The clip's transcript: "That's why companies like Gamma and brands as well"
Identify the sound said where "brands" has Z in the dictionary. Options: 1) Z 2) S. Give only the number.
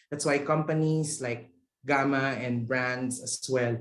2